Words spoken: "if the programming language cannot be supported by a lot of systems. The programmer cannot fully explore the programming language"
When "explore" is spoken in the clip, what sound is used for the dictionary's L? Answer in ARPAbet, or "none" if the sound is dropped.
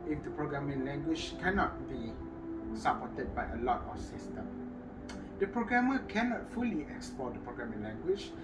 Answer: none